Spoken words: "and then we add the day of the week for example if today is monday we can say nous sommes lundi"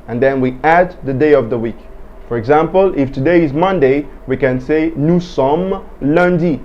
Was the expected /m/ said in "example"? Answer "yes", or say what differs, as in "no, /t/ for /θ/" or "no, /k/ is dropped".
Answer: yes